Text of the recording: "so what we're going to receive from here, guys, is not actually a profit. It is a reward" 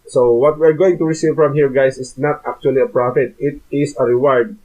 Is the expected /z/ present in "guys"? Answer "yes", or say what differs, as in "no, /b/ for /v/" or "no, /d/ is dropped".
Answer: no, /s/ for /z/